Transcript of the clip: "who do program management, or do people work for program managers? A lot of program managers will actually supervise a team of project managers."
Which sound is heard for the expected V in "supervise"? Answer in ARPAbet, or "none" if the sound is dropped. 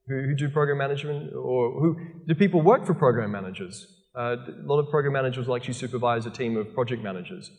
V